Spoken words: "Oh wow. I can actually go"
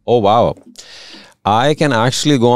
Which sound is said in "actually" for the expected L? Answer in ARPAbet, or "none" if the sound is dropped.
L